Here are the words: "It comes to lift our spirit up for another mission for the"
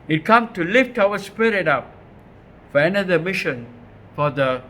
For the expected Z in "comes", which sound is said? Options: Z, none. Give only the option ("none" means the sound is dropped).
none